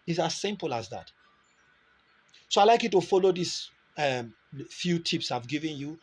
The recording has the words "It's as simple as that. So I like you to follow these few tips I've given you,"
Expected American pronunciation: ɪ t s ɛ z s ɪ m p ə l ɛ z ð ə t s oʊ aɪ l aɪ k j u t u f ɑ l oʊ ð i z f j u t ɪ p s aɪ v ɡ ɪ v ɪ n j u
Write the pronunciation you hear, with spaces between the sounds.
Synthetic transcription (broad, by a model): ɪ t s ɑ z s ɪ m p ə l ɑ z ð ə t s oʊ aɪ l aɪ k j u t u f ɑ l oʊ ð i s f j u t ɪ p s aɪ v ɡ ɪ v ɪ n j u